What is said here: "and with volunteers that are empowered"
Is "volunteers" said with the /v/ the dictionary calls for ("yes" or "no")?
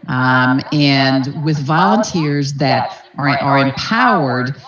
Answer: yes